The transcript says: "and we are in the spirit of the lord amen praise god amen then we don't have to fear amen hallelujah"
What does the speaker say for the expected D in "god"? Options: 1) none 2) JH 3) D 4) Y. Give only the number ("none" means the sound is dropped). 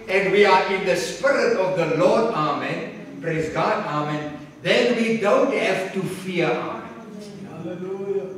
3